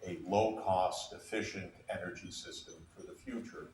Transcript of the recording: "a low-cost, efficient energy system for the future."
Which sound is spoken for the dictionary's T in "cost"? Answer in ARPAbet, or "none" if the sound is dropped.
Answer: T